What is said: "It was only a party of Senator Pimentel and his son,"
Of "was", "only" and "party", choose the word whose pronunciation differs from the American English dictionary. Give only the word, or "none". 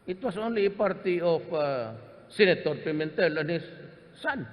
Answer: was